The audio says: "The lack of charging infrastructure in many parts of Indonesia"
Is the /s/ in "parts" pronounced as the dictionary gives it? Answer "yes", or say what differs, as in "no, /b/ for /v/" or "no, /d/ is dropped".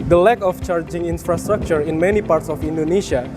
yes